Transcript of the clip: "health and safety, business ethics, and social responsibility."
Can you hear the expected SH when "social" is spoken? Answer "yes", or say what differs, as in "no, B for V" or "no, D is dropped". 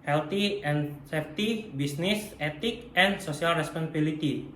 no, S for SH